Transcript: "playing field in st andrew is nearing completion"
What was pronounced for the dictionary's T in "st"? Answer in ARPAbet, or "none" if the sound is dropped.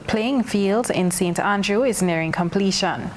T